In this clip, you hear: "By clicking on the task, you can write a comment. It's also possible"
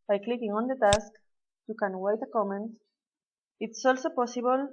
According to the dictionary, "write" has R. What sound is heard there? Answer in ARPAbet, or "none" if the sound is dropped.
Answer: W